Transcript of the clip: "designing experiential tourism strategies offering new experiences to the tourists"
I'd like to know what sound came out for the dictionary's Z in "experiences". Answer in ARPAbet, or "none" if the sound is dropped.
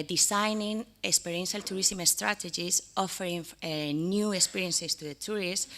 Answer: S